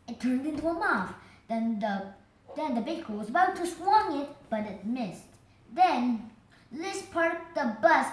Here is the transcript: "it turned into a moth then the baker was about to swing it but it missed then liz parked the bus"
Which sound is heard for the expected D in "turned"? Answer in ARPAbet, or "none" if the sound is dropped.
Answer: D